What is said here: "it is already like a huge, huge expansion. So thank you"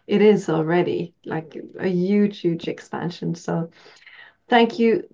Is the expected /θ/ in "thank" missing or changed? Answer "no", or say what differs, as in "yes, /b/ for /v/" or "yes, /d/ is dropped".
no